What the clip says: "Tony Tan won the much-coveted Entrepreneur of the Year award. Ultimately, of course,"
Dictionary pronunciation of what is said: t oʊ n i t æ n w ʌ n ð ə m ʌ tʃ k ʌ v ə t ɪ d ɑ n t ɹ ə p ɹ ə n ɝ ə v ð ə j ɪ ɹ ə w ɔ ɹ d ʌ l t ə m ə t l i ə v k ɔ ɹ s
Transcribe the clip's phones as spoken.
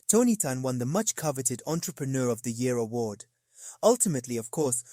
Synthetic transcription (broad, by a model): t oʊ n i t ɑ n w ʌ n ð ə m ʌ tʃ k ʌ v ə t ɪ d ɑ n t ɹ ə p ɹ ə n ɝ ə v ð ə j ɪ ɹ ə w ɔ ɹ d ʌ l t ə m ə t l i ə v k ɔ ɹ s